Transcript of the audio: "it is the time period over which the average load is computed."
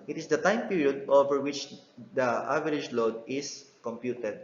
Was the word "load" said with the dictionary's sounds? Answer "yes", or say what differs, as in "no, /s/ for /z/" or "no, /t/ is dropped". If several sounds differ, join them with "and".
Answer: yes